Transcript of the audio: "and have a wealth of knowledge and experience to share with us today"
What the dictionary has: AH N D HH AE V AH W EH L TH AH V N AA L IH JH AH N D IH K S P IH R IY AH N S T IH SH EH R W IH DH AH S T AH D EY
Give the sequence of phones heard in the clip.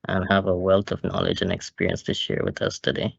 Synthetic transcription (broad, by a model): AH N HH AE V AH W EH L T AH V N AA L IH JH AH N IH K S P IH R IY AH N S T IH SH EH R W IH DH AH S T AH D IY